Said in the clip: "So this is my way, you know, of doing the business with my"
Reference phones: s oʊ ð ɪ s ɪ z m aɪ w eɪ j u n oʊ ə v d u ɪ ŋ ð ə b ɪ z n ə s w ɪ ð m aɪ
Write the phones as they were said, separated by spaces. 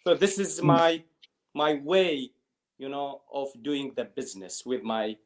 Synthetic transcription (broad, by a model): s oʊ ð ɪ s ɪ z m aɪ w eɪ j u n oʊ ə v d u ɪ ŋ ð ə b ɪ z n ə s w ɪ ð m aɪ